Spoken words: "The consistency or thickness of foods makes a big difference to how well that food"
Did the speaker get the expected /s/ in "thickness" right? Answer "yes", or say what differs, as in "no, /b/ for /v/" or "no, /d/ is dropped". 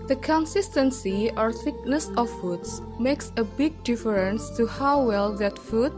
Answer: yes